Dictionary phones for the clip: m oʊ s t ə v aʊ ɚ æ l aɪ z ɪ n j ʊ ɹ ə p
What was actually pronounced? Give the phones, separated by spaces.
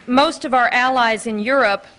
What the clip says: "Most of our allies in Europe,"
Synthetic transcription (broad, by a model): m oʊ s t ə v aʊ ɚ æ l aɪ z ɪ n j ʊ ɹ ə p